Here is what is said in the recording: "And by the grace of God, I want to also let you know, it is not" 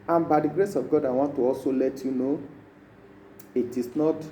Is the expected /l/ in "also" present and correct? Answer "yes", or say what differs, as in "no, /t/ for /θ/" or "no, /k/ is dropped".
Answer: no, /l/ is dropped